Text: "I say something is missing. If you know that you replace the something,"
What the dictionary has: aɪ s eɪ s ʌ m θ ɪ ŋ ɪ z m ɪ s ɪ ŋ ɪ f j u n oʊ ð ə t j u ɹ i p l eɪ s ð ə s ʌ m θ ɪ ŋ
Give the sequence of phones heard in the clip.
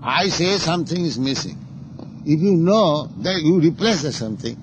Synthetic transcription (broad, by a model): aɪ s eɪ s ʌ m t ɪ ŋ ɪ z m ɪ s ɪ ŋ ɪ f j u n oʊ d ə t j u ɹ i p l eɪ s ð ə s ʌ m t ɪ ŋ